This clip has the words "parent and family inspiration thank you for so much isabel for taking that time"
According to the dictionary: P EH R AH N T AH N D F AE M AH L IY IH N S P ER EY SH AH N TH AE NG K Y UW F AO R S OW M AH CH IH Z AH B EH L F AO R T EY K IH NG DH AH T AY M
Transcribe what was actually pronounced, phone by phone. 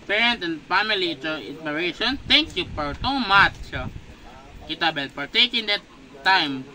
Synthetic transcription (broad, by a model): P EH R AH N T AH N D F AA M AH L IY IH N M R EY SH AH N T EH NG K Y UW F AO R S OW M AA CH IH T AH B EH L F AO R T EY K IH NG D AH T AY M